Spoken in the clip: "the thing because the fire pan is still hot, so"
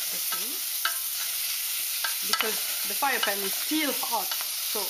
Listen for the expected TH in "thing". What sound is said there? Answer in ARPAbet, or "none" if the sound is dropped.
S